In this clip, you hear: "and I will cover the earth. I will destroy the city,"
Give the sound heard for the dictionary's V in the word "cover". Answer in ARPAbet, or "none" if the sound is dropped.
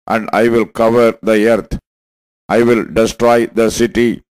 V